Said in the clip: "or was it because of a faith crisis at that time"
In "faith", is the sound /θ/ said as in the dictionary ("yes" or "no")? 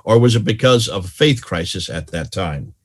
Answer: yes